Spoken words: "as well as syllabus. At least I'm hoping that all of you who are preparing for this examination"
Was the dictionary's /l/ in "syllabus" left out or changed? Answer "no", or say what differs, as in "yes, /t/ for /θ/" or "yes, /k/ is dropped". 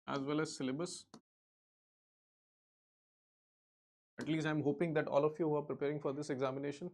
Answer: no